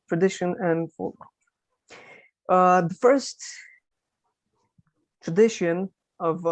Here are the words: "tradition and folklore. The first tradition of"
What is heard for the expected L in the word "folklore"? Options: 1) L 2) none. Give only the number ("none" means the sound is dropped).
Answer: 2